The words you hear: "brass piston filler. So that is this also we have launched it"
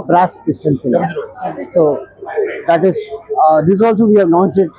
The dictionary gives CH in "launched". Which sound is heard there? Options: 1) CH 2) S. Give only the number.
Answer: 2